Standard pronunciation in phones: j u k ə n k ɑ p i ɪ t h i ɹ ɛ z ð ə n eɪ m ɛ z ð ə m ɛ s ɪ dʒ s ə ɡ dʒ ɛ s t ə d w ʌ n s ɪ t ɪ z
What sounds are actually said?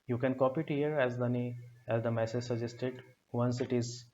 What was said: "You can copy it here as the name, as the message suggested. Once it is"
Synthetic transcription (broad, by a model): j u k ə n k ɑ p i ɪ t h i ɹ ɛ z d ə n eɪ ɛ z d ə m ɛ s ɪ dʒ s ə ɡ dʒ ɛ s t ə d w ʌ n s ɪ t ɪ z